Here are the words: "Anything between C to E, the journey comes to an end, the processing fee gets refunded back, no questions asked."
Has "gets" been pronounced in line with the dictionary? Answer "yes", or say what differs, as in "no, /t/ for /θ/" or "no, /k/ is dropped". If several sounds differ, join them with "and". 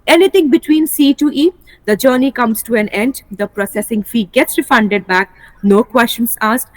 yes